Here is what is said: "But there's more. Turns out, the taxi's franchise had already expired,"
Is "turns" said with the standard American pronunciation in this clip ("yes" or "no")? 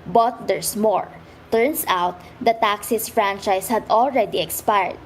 no